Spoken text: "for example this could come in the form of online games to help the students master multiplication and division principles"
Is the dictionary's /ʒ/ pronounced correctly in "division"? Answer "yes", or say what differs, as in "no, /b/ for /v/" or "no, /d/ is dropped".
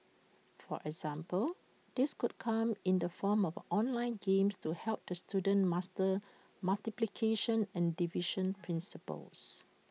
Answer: no, /ʃ/ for /ʒ/